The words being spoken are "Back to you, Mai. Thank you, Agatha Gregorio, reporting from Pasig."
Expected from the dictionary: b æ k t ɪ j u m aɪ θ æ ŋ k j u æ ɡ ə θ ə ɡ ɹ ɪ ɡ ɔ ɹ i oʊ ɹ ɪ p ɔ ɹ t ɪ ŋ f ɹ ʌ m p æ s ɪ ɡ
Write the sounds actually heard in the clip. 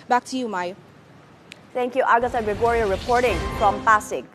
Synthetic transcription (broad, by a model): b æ k t ɪ j u m aɪ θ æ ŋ k j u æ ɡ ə s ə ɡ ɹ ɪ ɡ ɔ ɹ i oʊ ɹ ɪ p ɔ ɹ t ɪ ŋ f ɹ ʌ m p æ s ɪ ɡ